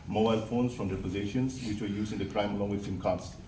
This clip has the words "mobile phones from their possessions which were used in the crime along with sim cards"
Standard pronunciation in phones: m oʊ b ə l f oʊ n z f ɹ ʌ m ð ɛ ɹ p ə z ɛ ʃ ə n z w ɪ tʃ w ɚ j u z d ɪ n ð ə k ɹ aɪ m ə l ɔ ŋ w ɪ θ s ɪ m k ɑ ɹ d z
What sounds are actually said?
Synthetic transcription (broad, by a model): m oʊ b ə l f oʊ n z f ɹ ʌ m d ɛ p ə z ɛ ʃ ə n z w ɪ tʃ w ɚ j u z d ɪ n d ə k ɹ aɪ m ə l ɔ ŋ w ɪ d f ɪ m k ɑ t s